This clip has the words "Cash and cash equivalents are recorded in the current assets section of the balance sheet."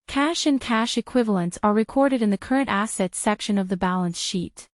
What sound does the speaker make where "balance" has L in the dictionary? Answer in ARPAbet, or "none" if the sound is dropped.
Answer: L